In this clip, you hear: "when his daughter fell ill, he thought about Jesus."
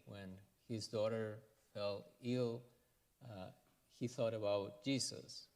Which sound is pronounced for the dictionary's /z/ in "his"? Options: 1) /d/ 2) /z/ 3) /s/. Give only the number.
2